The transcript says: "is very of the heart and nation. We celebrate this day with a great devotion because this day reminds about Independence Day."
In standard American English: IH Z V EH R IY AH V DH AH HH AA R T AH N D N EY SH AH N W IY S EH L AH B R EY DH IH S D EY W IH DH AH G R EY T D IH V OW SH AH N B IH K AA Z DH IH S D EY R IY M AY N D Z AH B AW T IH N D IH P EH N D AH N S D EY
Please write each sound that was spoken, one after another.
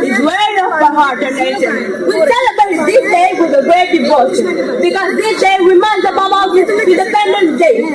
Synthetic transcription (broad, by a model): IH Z W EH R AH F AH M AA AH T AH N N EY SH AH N W IY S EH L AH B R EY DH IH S D EY W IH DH AH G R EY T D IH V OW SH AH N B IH K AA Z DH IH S D EY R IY M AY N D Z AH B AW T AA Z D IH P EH N D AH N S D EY